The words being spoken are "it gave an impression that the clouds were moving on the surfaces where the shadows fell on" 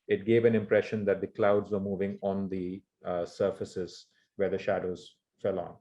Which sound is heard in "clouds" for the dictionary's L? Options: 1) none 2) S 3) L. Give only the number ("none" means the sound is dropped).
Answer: 3